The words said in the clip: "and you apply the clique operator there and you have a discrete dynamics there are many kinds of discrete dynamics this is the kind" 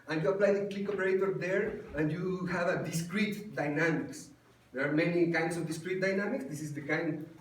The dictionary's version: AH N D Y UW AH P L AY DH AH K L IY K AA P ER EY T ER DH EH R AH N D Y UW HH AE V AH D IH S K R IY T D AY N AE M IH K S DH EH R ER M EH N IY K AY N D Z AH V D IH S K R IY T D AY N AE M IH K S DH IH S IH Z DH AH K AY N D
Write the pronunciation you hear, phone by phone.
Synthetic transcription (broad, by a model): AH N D Y UW AH P L AY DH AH K L IY K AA P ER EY T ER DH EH R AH N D Y UW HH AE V AH D IH S K R IY T D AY N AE M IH K S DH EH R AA M EH N IY K AY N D S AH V D IH S K R IY T D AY N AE M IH K S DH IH S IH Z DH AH K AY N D